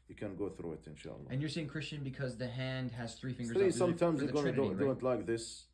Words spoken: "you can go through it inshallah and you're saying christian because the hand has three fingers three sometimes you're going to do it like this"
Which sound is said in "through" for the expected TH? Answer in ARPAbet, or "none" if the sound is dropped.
TH